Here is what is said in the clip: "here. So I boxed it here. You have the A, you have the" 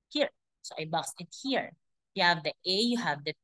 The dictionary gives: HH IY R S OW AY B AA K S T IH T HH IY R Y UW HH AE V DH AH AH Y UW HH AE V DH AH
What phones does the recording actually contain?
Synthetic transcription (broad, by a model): HH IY R S OW AY B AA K S IH T HH IY R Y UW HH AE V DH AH AH Y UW HH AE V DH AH